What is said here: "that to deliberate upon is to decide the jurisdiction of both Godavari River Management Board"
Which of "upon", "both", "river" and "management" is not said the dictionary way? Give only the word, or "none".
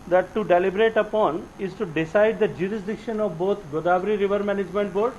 both